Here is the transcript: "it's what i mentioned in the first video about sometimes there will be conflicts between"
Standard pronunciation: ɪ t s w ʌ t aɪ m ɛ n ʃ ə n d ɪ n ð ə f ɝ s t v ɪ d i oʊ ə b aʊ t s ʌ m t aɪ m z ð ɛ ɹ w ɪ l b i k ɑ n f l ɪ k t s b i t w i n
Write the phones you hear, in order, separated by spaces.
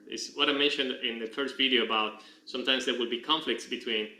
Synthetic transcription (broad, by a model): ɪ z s w ʌ t aɪ m ɛ n ʃ ə n d ɪ n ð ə f ɝ s t v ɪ d i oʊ ə b aʊ t s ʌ m t aɪ m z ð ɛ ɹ w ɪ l b i k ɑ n f l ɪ k t s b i t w i n